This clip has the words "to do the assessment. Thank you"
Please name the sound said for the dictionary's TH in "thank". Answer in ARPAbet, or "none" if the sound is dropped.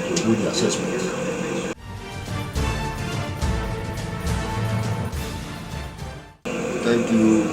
T